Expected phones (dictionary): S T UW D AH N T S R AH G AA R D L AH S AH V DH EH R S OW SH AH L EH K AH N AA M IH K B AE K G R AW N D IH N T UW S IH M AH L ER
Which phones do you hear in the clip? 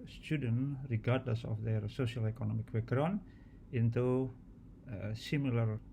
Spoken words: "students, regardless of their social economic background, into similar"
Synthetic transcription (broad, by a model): S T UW D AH N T R AH G AA R D L AH S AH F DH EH R S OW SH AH L EH K AH N AA M IH K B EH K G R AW N IH N T UW S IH M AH L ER